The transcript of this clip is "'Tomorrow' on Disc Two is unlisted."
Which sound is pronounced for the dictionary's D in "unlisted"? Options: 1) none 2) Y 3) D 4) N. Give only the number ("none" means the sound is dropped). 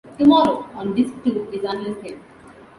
1